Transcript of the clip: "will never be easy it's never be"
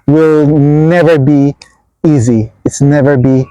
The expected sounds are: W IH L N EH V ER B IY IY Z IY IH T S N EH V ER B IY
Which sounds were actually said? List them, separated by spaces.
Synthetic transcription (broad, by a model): W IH L N EH V ER B IY IY Z IY IH T S N EH V ER B IY